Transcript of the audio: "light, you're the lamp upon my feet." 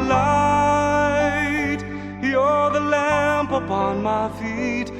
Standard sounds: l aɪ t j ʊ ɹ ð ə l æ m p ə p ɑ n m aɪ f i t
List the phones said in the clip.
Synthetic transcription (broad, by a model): l aɪ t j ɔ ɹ ð ə l æ m p ə p ɑ n m aɪ f i t